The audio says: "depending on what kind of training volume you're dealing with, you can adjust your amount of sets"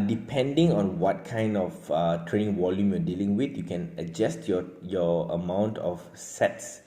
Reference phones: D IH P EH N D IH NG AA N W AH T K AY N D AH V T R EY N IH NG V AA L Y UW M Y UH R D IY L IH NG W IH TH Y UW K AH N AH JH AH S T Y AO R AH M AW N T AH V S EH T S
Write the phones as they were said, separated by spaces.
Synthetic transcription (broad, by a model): D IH P EH N D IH NG AA N W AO T K AY N D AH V T R EY N IH NG W AA L Y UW M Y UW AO D IY L IH NG W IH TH Y UW K AH N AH JH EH S T Y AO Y AH M AW N T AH F S EH T S